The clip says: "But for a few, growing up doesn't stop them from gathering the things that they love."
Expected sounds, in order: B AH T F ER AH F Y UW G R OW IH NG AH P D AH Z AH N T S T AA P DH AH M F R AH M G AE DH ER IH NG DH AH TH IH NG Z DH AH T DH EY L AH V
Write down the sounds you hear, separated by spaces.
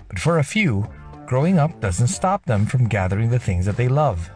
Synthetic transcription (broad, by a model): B AH T F ER AH F Y UW G R OW IH NG AH P D AH Z AH N T S T AA P DH AH M F R AH M G AE DH ER IH NG DH AH TH IH NG Z DH AH T DH EY L AH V